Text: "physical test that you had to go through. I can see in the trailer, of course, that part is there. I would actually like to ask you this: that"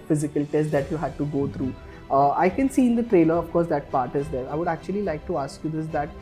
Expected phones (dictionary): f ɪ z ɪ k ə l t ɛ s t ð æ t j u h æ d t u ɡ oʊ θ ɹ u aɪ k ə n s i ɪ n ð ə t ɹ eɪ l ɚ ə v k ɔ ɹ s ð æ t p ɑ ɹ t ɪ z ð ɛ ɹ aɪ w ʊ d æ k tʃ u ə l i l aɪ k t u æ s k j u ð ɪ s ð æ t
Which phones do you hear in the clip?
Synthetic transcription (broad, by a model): f ɪ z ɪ k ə l t ɛ s t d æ t j u h æ d t u ɡ oʊ t ɹ u aɪ k ə n s i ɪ n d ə t ɹ eɪ l ɚ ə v k ɔ ɹ s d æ t p ɑ ɹ t ɪ z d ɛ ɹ aɪ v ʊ d æ k tʃ u ə l i l aɪ k t u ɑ s k j u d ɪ s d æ t